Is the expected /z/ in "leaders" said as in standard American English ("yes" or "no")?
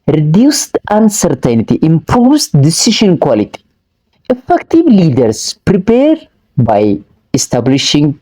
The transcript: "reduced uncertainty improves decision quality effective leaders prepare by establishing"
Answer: no